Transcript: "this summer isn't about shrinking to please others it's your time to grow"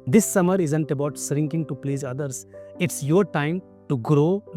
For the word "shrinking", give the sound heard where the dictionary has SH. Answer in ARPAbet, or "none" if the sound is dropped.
S